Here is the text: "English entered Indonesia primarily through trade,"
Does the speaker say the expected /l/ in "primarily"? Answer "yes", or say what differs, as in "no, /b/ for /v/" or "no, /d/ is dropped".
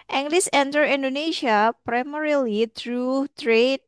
yes